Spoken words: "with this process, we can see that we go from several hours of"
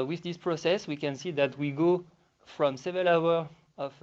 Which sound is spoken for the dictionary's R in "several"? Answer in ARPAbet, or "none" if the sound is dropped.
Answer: none